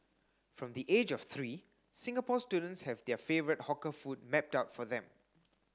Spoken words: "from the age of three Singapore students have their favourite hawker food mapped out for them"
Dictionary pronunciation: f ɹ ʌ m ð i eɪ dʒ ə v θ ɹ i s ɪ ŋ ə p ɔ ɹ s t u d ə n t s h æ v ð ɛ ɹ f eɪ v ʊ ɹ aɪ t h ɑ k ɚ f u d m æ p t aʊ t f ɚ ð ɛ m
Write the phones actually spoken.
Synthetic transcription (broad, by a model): f ɹ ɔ m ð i eɪ dʒ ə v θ ɹ i s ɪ ŋ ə p ɔ s t u d ə n t s h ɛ v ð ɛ f eɪ v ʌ ɹ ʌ t h ɑ k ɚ f u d m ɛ p t aʊ t f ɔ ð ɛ m